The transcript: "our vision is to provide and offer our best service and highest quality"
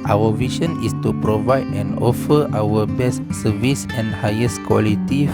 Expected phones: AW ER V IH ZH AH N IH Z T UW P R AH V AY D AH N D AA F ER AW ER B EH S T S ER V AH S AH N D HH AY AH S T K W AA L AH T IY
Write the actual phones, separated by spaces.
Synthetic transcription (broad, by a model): AW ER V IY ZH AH N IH S T UW P R AH V AY D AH N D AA F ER AW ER B EH S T S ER V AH S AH N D HH AY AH S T K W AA L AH T IY